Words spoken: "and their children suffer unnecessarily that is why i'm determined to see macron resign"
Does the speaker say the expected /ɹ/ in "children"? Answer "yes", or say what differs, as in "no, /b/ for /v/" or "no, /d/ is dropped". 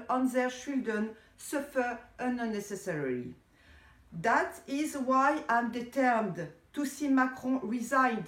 no, /ɹ/ is dropped